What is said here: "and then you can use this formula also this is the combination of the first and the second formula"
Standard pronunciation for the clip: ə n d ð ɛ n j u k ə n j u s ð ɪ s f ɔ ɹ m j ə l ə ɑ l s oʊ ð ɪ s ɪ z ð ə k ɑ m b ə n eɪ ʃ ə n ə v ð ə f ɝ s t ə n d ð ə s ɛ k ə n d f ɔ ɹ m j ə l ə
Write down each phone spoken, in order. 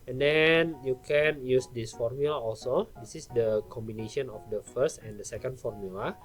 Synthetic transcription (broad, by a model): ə n d ɛ n j u k ə n j u s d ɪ s f ɔ ɹ m j ə l ə ɑ l s oʊ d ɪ s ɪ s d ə k ɑ m b ə n eɪ ʃ ə n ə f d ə f ɝ s t ə n d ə s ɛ k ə n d f ɔ ɹ m j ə l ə